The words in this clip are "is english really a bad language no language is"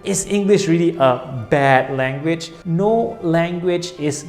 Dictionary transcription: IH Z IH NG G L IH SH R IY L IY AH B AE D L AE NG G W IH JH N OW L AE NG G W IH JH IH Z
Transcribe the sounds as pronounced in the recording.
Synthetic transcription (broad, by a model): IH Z IH NG G L IH SH R IY L IY AH B AE D L AE NG G W IH JH N OW L AE NG G W IH JH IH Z